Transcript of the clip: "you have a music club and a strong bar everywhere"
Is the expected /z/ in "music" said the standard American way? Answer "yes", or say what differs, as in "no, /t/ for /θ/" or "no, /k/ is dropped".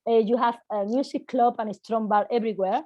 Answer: no, /s/ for /z/